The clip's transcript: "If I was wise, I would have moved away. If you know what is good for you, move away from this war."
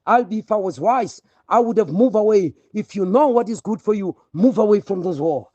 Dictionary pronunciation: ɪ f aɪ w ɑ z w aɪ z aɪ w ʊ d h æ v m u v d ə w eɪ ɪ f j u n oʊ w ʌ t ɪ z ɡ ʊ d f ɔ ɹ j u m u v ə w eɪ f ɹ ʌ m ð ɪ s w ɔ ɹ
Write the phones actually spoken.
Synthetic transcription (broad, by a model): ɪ f aɪ w ɑ z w aɪ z aɪ w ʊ d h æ v m u v ə w eɪ ɪ f j u n oʊ w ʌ t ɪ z ɡ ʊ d f ɔ ɹ j u m u v ə w eɪ f ɹ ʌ m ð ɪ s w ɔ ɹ